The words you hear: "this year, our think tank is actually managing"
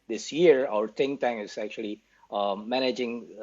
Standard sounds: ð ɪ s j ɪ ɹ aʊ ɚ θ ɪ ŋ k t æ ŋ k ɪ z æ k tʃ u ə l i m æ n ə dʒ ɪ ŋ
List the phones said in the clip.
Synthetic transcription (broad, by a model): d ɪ s j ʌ ɹ aʊ ɚ t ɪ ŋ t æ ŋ ɪ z æ k tʃ u ə l i m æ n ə dʒ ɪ ŋ